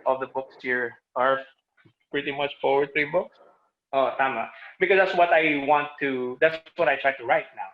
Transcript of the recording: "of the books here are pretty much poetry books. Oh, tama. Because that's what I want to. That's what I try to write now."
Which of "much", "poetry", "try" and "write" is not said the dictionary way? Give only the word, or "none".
poetry